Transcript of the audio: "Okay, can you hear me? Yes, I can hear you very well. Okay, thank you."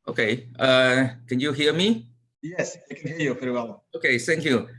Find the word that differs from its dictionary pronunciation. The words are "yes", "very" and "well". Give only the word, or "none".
very